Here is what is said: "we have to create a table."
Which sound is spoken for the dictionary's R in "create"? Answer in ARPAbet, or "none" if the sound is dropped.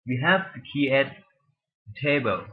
none